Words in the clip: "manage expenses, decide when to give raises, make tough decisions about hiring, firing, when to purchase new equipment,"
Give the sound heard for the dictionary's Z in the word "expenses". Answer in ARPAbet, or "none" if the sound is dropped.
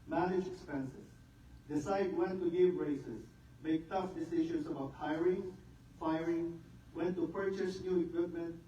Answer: S